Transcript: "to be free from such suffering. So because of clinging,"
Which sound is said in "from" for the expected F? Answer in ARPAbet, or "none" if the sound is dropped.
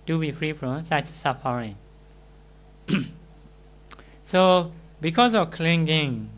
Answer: P